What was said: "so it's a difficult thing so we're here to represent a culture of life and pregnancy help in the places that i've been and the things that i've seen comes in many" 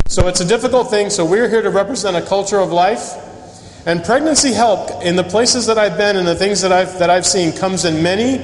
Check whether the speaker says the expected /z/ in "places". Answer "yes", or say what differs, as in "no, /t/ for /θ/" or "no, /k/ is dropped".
yes